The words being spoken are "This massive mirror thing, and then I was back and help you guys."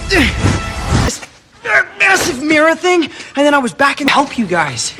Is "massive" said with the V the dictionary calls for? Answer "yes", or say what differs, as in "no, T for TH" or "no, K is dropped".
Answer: yes